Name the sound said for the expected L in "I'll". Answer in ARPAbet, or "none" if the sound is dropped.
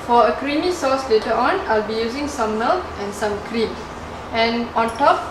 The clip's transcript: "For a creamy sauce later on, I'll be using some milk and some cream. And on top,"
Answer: L